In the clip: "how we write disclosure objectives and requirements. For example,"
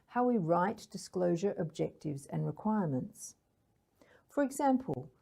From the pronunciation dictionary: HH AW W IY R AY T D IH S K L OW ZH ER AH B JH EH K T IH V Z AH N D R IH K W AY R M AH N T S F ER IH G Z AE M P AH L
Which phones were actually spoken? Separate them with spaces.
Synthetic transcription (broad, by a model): HH AW W IY R AY T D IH S K L OW ZH ER AH B JH EH K T IH V Z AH N R IH K W AY R M AH N T S F ER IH G Z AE M P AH L